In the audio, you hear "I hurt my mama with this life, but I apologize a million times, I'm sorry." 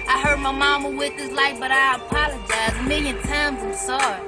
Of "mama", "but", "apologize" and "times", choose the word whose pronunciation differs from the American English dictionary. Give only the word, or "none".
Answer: none